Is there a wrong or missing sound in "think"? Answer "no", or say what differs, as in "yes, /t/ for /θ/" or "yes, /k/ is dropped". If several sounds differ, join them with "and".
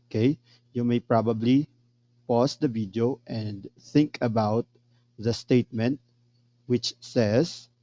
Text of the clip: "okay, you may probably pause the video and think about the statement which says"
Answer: no